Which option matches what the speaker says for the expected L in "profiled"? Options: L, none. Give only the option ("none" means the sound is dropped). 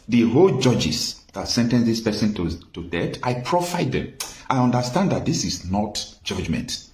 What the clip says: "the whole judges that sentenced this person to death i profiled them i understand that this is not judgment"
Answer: none